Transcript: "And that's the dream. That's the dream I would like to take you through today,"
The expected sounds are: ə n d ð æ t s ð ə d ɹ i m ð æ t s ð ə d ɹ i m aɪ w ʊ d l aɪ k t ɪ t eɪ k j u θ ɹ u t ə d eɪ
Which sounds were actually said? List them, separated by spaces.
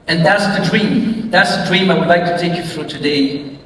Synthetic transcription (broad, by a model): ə n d ð æ t s ð ə d ɹ i m ð æ t s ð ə d ɹ i m aɪ w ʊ d l aɪ k t ɪ t eɪ k j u f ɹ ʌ t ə d eɪ